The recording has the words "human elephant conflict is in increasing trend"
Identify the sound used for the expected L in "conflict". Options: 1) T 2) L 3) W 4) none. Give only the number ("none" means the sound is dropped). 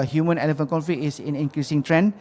4